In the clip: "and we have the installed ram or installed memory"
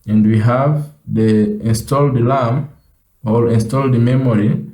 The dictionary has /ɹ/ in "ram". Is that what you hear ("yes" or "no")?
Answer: no